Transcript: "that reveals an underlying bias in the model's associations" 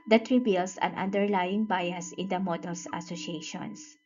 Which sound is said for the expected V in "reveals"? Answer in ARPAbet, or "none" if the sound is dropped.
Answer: B